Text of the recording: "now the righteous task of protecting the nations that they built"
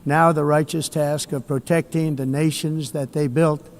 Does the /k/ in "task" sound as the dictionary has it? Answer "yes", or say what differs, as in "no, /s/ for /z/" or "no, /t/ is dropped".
yes